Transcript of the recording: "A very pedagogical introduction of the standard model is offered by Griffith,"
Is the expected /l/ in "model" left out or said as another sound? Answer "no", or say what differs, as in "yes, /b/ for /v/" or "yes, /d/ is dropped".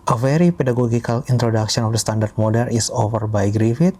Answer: yes, /n/ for /l/